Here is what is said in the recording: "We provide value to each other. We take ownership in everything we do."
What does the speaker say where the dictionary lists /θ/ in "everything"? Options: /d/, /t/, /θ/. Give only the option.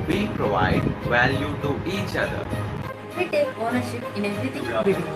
/t/